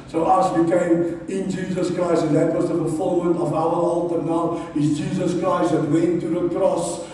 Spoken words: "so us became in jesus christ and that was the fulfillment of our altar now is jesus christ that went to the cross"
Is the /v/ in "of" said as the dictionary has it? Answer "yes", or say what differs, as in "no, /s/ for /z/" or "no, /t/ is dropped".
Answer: yes